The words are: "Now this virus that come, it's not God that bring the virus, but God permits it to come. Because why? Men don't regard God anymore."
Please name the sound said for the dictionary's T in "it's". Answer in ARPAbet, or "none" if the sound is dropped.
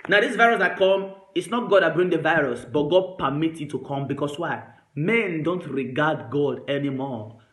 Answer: T